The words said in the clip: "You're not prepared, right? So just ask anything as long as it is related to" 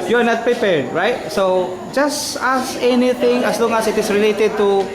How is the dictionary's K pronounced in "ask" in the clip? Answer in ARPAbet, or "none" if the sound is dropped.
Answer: none